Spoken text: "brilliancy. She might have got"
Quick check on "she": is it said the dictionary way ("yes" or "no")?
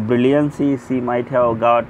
no